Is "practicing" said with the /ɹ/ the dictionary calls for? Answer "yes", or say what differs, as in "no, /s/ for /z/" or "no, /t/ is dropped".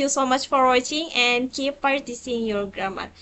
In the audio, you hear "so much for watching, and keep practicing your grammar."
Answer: no, /ɹ/ is dropped